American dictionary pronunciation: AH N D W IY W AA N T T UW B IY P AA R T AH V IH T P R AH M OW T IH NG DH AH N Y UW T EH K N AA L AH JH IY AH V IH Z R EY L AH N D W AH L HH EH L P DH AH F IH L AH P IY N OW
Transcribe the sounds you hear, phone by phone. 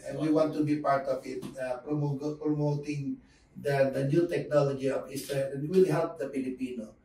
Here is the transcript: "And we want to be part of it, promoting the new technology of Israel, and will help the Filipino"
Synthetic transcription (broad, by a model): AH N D W IY W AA N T T UW B IY P AA R T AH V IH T P R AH M OW T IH NG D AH N Y UW T EH K N AA L AH JH IY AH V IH S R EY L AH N W AH L HH EH L P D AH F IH L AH P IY N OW